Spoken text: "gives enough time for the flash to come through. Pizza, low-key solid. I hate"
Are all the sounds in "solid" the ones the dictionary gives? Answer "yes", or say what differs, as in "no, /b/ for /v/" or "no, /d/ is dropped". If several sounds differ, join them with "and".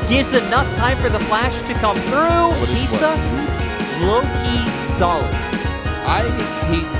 no, /d/ is dropped